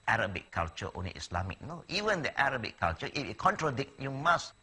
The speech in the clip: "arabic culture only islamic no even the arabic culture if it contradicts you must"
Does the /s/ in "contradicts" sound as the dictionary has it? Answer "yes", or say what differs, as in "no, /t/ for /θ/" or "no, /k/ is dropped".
no, /s/ is dropped